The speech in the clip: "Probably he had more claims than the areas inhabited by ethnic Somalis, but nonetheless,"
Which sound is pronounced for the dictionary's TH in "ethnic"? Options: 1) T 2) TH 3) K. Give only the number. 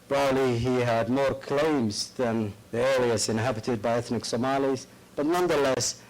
2